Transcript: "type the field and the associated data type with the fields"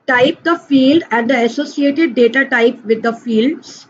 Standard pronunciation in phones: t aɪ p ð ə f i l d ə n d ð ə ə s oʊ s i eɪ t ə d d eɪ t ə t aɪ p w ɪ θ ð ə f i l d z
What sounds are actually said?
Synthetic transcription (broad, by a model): t aɪ p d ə f i l d ə n d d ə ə s oʊ s i eɪ t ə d d eɪ t ə t aɪ p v ɪ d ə f i l d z